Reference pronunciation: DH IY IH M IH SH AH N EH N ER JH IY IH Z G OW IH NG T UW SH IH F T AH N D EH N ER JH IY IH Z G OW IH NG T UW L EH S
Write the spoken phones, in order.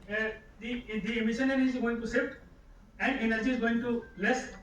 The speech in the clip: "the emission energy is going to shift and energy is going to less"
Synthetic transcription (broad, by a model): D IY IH M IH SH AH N N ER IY IH Z G OW IH NG T UW S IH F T AH N D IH N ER JH IY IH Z G OW IH NG T UW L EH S